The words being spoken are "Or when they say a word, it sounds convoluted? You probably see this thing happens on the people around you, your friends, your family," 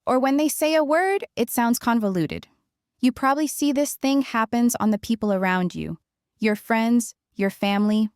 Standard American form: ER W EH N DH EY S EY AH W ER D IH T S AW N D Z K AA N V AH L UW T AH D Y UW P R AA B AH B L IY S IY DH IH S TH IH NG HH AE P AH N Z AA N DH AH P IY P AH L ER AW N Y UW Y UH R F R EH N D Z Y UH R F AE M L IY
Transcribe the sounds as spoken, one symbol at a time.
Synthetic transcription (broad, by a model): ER W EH N DH EY S EY AH W ER D IH T S AW N D Z K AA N V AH L UW T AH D Y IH P R AA B AH B L IY S IY DH IH S TH IH NG HH AE P AH N Z N DH AH P IY P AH L ER AW N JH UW Y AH R F R EH N D Z Y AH R F AE M L IY